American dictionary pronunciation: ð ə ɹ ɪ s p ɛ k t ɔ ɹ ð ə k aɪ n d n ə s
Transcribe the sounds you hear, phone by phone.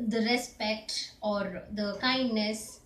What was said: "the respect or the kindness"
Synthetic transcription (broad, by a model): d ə ɹ ɪ s p ɛ k t ɔ ɹ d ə k aɪ n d n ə s